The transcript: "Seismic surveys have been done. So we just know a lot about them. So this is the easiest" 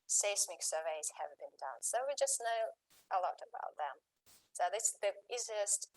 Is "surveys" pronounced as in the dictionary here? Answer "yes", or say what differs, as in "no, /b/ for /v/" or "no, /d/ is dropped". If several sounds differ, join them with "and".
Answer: yes